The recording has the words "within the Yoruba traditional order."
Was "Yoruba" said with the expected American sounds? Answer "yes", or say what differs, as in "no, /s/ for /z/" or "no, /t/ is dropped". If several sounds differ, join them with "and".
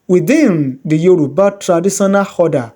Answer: yes